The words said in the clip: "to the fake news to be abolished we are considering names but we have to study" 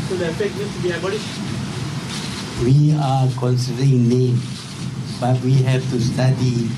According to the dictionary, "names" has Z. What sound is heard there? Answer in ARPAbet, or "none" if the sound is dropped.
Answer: none